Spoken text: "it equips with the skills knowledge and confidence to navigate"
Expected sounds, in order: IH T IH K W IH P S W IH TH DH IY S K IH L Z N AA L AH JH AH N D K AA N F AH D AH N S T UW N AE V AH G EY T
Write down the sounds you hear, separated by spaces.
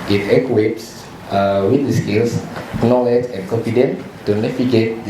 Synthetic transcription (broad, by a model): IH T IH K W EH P S W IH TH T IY S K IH L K N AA L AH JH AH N K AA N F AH D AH N T UW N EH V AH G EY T